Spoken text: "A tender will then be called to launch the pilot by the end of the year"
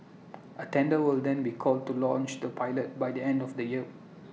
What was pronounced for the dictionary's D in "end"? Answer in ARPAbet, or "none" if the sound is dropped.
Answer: D